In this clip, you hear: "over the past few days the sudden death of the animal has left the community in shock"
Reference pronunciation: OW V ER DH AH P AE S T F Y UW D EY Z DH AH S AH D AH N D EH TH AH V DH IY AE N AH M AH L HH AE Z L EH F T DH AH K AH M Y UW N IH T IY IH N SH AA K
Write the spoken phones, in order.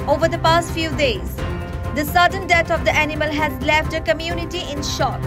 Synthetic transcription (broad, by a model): OW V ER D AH P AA S T F Y UW D EY Z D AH S AH D AH N D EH T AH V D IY AE N AH M AH L HH AE Z L EH F T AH K AH M Y UW N IH T IY IH N SH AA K